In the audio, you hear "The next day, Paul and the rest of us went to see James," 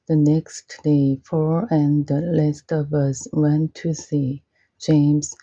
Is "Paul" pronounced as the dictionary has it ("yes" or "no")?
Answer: no